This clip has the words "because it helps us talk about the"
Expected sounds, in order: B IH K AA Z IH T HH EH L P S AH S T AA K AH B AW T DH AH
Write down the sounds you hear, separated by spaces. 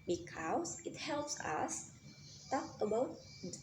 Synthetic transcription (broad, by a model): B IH K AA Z IH T HH EH L P S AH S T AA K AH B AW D